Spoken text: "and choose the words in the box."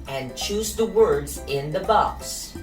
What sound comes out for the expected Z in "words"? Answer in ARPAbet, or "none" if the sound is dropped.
Z